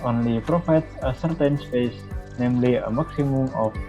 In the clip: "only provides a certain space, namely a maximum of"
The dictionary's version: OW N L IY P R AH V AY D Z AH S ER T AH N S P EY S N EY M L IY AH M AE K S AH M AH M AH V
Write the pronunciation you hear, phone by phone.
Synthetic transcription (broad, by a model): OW N L IY P R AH F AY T AH S ER T AH N S P EY S N EY M L IY AH M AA K S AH M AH M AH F